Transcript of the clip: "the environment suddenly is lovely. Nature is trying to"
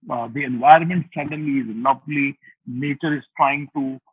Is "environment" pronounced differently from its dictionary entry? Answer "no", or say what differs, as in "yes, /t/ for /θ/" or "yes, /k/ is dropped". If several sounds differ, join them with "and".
no